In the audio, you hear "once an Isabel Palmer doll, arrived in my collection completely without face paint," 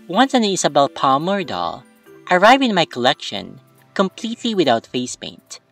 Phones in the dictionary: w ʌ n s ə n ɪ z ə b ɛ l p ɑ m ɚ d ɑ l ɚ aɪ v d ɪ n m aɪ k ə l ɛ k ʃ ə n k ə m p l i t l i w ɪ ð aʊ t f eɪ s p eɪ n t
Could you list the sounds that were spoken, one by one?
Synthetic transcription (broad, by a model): w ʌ n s ə n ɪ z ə b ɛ l p ɑ m ɚ d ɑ l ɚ aɪ v ɪ n m aɪ k ə l ɛ k ʃ ə n k ə m p l i t l i w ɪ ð aʊ t f eɪ s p eɪ n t